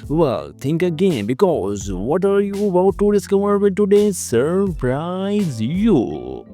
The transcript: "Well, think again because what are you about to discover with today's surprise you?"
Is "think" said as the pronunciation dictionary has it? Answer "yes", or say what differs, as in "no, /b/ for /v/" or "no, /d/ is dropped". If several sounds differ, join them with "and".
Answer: no, /t/ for /θ/